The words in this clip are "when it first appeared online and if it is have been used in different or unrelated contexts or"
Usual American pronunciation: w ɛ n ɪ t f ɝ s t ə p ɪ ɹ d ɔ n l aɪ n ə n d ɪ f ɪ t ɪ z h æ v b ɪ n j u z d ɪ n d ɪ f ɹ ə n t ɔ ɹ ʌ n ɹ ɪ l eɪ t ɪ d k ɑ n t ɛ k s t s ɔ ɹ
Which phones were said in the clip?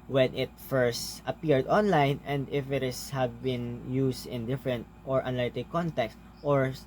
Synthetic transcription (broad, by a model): w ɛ n ɪ t f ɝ s t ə p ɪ ɹ d ɔ n l aɪ n ə n d ɪ f ɪ t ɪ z h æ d b ɪ n j u s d ɪ n d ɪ f ɹ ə n t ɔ ɹ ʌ n ɪ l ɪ t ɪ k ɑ n t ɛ k s t ɔ ɹ